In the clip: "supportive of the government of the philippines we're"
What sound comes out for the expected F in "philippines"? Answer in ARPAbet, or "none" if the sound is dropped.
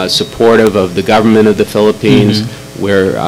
F